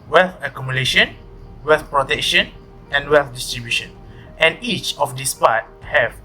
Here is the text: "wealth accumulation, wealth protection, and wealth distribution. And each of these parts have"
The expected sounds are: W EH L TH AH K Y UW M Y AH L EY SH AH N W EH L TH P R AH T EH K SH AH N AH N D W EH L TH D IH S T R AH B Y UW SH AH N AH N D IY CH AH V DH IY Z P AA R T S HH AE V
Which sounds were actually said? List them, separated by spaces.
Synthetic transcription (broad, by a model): W EH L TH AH K Y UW M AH L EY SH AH N W EH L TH P R AH T EH K SH AH N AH N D W EH L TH D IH S T R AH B Y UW SH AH N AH N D IY CH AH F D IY S P AA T HH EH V